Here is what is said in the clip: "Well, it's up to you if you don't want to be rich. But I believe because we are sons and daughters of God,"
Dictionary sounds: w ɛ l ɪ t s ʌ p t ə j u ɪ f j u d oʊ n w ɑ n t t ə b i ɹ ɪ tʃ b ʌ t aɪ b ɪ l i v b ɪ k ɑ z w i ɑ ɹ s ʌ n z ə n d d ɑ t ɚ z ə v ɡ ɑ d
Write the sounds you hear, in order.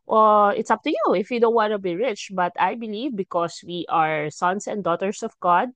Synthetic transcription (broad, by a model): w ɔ ɪ t s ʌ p t ə j u ɪ f j u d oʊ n w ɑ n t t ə b i ɹ ɪ tʃ b ʌ t aɪ b ɪ l i v b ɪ k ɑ s w i ɑ ɹ s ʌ n s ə n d d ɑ t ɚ s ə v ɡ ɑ d